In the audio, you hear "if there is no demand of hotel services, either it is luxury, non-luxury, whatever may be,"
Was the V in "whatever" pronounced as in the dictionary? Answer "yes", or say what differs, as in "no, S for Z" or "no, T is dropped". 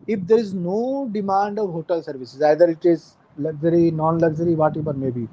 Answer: no, B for V